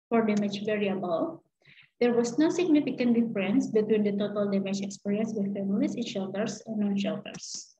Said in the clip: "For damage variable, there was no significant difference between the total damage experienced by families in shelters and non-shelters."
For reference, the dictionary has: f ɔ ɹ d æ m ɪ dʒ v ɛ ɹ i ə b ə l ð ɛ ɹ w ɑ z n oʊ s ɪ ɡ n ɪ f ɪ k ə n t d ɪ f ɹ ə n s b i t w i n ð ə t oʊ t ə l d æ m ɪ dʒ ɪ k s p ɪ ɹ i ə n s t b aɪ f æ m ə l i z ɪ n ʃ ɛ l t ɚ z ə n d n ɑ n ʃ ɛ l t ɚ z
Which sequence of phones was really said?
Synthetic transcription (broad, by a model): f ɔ ɹ d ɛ m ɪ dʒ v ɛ ɹ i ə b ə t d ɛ ɹ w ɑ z n oʊ s ɪ ɡ n ɪ f ɪ k ə n t d ɪ f ɹ ə n s b i t w i n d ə t oʊ t ə l d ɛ m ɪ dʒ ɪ k s p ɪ ɹ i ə n s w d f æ m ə l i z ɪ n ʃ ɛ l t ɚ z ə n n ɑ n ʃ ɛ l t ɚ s